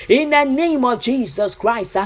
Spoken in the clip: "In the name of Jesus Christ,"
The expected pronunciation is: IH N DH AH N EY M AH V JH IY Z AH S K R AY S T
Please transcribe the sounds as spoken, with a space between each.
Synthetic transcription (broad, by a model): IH N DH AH N EY M AH V JH IY Z AH S K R AY S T